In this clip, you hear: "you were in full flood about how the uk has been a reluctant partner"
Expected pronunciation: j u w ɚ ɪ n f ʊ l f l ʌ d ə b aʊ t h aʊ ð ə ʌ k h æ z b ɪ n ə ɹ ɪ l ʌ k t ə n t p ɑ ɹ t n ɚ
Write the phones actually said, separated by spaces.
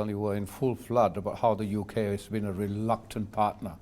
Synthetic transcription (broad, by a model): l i w ɚ ɪ n f ʊ l f l ʌ d ə b aʊ t h aʊ ð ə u k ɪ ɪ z b ɪ n ə ɹ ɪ l ʌ k t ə n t p ɑ ɹ t n ɚ